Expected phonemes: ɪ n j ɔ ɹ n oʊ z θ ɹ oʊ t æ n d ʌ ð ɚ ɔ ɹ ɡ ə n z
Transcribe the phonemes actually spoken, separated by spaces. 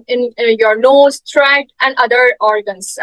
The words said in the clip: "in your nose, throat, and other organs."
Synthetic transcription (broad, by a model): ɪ n j ɔ ɹ l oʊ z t ɹ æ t æ n d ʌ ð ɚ ɔ ɹ ɡ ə n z